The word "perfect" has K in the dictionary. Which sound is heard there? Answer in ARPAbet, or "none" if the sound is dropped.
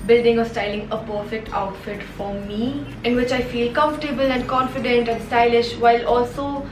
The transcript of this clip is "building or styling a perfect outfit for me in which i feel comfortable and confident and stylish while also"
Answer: K